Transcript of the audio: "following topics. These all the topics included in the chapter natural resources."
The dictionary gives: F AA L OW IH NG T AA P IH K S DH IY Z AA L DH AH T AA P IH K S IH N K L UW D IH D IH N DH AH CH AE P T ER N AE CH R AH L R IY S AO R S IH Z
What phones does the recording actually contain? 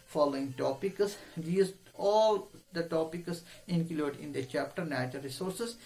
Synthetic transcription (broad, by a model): F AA L OW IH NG T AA P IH K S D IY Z AA L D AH T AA P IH K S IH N K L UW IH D IH N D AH CH AE P T ER N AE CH AH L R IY S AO R S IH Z